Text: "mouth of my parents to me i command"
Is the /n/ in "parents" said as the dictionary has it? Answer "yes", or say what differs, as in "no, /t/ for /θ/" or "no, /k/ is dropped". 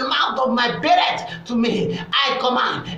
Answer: no, /n/ is dropped